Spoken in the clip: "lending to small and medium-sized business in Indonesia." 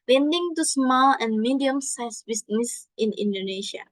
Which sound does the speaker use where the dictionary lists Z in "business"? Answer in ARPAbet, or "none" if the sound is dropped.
S